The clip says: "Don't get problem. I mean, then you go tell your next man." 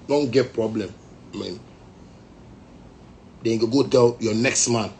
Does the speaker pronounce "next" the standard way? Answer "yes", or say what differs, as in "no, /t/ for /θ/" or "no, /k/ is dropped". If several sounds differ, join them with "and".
yes